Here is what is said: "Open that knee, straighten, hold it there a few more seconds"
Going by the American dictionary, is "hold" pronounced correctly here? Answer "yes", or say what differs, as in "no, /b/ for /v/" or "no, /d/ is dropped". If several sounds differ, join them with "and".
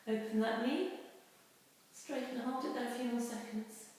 no, /l/ is dropped